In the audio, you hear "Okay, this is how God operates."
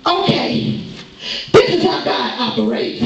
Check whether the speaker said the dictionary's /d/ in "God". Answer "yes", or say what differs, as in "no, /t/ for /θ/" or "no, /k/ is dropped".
no, /d/ is dropped